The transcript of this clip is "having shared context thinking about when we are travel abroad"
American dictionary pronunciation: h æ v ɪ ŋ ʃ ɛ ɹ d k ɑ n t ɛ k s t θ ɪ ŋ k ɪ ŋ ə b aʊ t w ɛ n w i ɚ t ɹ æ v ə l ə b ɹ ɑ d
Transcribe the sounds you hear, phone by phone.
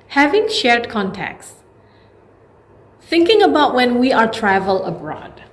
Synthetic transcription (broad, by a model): h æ v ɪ ŋ ʃ ɛ ɹ d k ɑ n t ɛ k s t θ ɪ ŋ k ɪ ŋ ə b aʊ t w ɛ n w i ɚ t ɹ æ v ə l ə b ɹ ɑ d